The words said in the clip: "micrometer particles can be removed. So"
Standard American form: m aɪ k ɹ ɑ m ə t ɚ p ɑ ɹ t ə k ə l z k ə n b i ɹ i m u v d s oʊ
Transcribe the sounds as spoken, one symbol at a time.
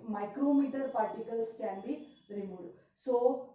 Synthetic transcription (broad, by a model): m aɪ k ɹ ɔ m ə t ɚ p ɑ ɹ t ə k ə l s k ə n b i ɹ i m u d s oʊ